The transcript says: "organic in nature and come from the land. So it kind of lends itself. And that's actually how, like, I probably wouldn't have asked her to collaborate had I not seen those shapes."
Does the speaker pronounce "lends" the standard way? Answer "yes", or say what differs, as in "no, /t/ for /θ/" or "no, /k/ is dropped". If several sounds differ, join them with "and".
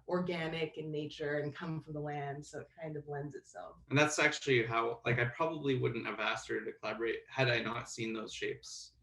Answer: yes